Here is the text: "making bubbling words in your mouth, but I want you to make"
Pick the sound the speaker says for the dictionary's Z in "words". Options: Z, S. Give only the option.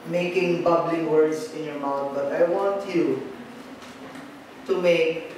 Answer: S